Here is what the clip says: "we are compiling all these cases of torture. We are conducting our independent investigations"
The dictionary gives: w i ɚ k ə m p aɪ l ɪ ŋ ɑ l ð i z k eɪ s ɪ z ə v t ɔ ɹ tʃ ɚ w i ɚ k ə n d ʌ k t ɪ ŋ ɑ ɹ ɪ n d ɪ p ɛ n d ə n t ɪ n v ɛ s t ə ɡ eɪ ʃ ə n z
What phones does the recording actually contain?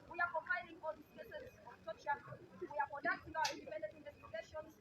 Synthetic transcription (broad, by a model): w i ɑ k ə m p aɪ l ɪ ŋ ɑ l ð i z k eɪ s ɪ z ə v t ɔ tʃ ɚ w i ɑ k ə d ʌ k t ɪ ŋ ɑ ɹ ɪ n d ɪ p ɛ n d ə t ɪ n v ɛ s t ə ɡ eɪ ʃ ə n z